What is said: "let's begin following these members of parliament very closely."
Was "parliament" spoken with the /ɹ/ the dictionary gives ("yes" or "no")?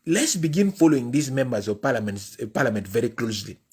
no